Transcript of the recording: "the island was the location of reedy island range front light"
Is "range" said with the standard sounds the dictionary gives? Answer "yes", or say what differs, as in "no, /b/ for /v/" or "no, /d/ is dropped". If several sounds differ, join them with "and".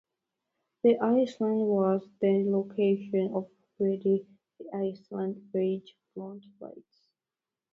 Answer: no, /n/ is dropped